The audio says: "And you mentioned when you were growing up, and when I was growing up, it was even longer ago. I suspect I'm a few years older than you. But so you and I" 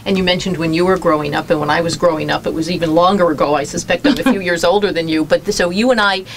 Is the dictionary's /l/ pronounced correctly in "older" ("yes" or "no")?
yes